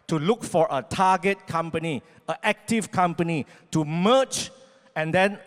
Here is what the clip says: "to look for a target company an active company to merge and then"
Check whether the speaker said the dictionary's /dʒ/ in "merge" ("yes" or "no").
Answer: no